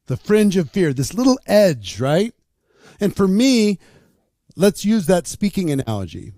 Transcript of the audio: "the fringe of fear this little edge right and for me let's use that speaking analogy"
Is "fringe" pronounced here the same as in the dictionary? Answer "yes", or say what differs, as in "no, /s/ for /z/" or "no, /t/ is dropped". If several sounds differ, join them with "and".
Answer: yes